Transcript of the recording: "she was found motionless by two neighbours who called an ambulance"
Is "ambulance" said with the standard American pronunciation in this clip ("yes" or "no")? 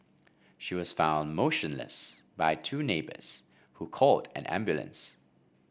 yes